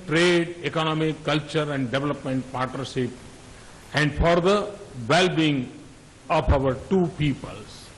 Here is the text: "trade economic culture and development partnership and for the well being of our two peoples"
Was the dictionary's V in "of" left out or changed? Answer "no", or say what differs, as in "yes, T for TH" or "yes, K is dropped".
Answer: yes, P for V